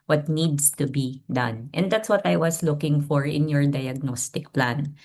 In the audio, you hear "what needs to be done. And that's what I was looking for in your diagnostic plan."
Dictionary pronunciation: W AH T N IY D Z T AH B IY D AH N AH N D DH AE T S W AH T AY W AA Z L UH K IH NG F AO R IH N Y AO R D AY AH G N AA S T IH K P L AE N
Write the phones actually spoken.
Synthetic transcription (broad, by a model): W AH T N IY D S T AH B IY D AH N AH N D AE T S W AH T AY W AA S L UH K IH NG F AO R IH N Y AO R D AY AH G N AA S T IH K P L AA N